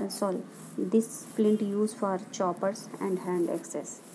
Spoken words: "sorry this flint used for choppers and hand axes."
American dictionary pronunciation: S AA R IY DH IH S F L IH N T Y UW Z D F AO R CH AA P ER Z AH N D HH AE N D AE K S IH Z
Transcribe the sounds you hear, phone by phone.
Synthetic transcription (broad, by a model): S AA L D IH S P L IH N T Y UW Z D F AO R CH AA P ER S AH N D HH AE N D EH K S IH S